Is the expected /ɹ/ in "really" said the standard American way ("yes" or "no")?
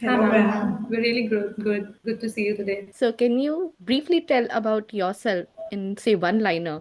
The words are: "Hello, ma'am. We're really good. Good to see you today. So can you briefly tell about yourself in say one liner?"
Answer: no